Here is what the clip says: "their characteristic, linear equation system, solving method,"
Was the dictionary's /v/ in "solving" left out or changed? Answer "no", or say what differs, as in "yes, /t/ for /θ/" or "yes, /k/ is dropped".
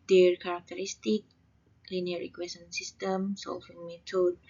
yes, /f/ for /v/